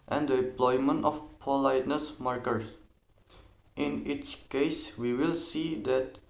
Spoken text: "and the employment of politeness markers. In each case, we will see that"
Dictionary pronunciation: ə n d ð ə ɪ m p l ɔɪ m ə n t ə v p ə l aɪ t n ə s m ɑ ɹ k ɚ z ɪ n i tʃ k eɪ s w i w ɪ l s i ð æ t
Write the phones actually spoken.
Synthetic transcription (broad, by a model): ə n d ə ɪ m p l ɔɪ m ə n t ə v p ə l aɪ t n ə s m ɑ ɹ k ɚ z ɪ n i tʃ k eɪ s w i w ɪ l s i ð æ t